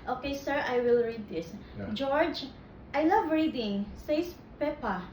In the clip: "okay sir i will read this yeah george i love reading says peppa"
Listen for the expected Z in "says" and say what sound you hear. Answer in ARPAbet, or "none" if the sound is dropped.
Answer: S